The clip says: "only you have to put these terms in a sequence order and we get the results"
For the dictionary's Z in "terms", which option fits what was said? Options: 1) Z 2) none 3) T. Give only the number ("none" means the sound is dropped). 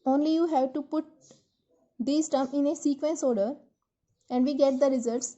2